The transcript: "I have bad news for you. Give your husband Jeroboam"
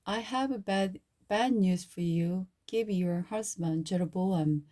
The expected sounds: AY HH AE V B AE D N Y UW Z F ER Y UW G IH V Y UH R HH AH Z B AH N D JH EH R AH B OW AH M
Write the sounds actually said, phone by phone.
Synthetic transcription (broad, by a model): AY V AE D B AE D N Y UW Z F ER Y UW G IH V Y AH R HH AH S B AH N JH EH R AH B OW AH M